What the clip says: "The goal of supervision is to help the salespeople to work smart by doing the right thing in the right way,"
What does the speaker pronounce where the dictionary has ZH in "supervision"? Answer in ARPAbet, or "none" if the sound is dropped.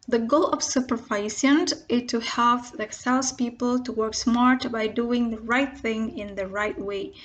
S